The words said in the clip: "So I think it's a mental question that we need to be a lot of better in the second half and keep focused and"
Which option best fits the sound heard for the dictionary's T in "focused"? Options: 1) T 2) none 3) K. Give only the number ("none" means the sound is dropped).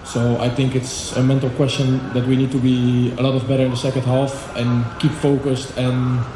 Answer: 1